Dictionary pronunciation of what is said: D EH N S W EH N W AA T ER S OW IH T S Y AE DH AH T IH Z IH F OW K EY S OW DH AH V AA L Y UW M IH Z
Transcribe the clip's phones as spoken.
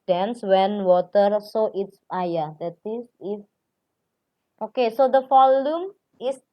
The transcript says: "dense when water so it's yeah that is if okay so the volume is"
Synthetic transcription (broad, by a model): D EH N S W EH N W AA T ER S OW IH T S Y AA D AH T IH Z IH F OW K EY S OW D AH F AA L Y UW M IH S